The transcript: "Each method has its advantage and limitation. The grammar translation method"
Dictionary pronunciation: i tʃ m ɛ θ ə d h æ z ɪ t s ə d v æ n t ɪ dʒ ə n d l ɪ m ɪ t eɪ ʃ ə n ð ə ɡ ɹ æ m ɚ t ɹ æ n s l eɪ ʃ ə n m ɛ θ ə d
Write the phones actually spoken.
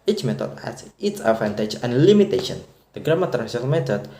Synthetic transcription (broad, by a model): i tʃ m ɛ t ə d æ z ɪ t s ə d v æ n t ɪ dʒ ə n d l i m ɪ t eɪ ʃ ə n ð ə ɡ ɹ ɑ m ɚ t æ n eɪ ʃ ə l m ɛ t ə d